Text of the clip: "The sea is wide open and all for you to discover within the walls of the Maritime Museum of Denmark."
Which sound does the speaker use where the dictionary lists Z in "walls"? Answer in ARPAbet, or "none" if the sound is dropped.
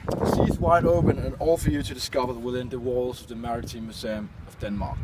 Z